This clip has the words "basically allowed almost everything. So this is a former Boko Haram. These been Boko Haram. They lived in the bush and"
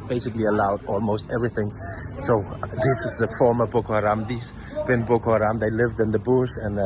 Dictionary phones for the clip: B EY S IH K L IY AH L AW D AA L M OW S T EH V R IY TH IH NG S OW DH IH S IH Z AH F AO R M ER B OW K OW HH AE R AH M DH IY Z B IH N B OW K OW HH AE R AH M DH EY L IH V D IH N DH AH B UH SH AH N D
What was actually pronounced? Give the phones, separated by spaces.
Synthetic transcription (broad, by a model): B EY S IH K L IY AH L AW D AA L M OW S T EH V R IY TH IH NG S OW DH IH S IH Z AH F AO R M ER B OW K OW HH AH R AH M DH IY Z B IH N B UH K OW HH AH R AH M DH EY L IH V D IH N DH AH B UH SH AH N